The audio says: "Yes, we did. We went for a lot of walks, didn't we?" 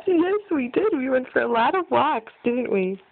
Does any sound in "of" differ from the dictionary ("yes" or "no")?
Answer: no